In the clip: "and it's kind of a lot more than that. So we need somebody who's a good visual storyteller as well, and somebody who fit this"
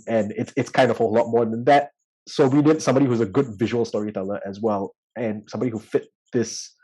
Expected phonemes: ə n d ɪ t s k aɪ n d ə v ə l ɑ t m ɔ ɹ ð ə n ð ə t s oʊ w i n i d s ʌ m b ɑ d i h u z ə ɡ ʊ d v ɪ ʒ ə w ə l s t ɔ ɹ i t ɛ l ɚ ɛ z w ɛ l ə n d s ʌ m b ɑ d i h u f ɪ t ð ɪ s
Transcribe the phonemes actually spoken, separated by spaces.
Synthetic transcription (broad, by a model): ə n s ɪ t s k aɪ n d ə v ə l ɑ t m ɔ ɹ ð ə n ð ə t s oʊ w i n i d s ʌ m b ɑ d i h u z ə ɡ ʊ d v ɪ ʒ ə w ə l s t ɔ ɹ i t ɛ l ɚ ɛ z w ɛ l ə n s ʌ m b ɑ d i h u f ɪ t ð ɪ s